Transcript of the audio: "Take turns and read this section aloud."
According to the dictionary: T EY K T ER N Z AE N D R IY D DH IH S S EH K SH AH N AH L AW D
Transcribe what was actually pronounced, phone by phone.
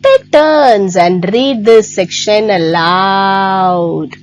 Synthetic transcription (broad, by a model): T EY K T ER N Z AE N D R IY D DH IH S S EH K SH AH N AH L AW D